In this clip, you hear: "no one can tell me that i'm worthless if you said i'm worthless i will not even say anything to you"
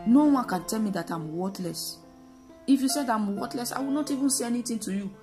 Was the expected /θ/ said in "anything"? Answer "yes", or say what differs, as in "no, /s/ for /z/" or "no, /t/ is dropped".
no, /t/ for /θ/